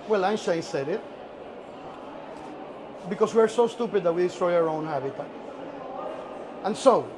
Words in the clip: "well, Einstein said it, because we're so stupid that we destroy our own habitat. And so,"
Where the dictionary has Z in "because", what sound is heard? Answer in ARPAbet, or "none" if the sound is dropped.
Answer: S